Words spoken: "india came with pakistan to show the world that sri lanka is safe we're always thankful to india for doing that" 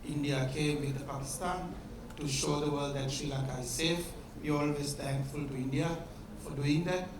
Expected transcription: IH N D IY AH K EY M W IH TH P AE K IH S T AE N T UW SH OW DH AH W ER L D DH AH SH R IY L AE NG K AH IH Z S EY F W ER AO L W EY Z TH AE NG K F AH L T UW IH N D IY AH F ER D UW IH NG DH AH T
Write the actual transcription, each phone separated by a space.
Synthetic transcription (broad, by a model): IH N D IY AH K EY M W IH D P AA K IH S T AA N T UW SH OW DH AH W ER L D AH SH L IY L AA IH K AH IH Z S EY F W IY AO L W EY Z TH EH NG K F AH L T UW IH N D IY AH F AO D UW IH NG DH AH T